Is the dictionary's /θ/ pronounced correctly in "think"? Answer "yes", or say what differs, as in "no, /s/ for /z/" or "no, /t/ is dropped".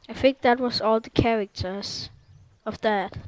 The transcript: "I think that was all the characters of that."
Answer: no, /f/ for /θ/